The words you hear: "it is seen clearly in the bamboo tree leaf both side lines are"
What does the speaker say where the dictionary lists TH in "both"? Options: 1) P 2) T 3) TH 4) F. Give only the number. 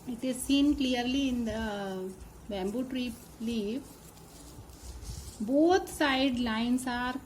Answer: 2